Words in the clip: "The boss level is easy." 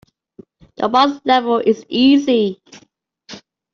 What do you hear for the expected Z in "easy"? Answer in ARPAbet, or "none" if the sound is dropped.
Z